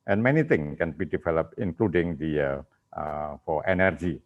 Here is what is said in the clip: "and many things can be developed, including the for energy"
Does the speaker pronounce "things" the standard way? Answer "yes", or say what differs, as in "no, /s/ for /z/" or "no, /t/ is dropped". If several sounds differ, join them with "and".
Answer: no, /z/ is dropped